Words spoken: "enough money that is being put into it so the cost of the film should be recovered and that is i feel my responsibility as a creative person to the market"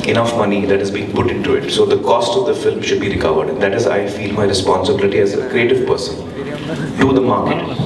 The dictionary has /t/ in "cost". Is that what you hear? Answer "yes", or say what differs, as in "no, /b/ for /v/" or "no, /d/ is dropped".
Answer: yes